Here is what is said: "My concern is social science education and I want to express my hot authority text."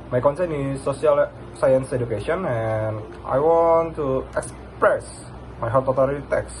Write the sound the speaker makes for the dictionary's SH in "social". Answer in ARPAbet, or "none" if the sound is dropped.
S